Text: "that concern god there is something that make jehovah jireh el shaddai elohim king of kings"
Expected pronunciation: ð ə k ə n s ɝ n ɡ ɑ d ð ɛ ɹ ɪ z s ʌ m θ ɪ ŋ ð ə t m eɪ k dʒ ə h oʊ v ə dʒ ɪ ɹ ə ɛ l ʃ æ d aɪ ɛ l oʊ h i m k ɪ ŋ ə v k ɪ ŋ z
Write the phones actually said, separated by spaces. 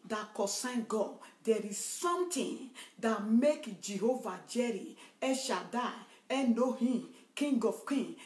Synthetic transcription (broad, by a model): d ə k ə s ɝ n ɡ ɑ d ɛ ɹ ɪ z s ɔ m t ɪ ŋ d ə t m eɪ k dʒ ə h oʊ v ə dʒ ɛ ɹ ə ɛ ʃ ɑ d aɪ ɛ n oʊ h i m k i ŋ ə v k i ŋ